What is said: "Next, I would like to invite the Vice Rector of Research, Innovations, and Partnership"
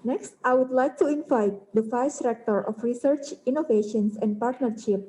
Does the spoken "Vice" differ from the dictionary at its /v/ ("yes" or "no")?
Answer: yes